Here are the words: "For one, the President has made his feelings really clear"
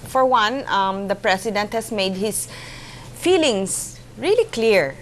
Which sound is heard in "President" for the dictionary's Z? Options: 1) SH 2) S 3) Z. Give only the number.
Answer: 2